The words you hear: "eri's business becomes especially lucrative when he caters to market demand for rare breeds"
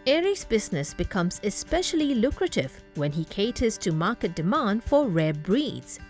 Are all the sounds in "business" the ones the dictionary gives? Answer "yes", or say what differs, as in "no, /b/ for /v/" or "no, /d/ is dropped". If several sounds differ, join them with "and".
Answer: yes